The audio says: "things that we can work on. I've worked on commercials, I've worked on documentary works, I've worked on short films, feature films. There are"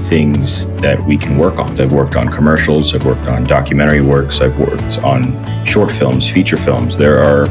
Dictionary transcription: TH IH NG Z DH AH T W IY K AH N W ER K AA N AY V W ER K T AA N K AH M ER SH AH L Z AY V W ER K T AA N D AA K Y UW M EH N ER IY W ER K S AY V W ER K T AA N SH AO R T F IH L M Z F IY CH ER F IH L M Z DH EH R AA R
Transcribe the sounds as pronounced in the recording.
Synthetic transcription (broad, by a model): TH IH NG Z DH AH T W IY K N W ER K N AY V W ER K T N K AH M ER SH L Z AY V W ER K T N D AA K Y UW M EH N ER IY W ER K S AY V W ER K T N SH AO R T F IH L M Z F IY CH ER F IH L M Z DH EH R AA R